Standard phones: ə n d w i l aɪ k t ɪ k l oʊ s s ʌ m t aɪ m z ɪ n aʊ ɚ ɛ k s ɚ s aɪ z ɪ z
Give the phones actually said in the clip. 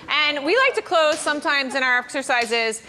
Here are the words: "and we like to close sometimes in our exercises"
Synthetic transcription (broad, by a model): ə n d w i l aɪ k t ɪ k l oʊ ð s ʌ m t aɪ m z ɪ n aʊ ɚ ɛ k s ɚ s aɪ z ɪ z